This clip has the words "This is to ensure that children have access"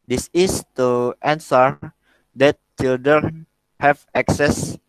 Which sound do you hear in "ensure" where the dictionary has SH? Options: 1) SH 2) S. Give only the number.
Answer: 2